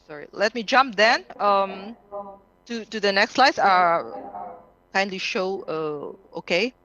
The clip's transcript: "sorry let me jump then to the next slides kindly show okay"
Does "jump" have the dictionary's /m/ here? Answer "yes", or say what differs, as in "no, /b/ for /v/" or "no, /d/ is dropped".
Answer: yes